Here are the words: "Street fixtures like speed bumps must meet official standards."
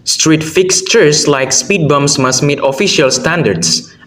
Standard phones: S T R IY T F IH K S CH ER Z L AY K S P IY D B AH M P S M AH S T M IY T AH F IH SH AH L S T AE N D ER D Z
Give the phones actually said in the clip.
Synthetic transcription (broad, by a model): S T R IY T F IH K S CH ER S L AY K S P IY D B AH M S M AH S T M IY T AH F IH SH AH L S T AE N D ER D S